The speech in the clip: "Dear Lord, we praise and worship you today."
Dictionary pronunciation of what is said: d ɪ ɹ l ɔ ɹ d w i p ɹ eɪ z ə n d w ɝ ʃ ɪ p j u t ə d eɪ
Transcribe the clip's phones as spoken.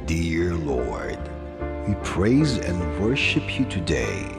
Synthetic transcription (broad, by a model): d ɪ ɹ l ɔ ɹ d w i p ɹ eɪ z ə n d w ɝ ʃ ɪ p j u t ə d eɪ